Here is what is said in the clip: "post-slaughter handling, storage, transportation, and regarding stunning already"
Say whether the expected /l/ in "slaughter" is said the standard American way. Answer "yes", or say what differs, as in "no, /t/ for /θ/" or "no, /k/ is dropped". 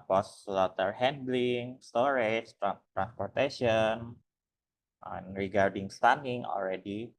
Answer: yes